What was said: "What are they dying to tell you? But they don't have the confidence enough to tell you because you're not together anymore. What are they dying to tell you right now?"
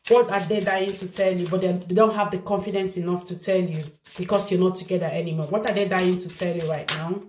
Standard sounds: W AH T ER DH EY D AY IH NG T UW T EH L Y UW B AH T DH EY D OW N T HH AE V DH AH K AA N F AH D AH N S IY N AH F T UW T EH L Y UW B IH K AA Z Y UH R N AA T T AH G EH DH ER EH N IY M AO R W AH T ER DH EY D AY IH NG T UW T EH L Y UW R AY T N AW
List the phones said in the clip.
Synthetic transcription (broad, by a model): W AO T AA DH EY D AY IH NG T UW T EH L Y UW B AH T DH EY D OW N T HH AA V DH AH K AA N F AH D AH N S IY N AH F T UW T EH L Y UW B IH K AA S Y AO N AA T T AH G EH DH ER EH N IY M AO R W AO T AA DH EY D AY IH NG T UW T EH L Y UW R AY T N AW